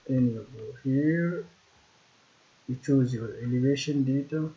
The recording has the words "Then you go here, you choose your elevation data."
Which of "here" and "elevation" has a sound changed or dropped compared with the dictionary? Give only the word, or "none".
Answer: none